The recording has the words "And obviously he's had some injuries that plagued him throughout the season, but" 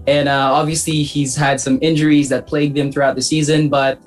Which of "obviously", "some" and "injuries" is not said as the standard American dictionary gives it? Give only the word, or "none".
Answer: none